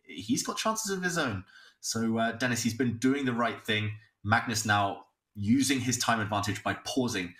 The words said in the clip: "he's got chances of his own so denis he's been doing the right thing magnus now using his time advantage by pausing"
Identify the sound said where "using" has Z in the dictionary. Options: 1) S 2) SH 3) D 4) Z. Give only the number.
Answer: 4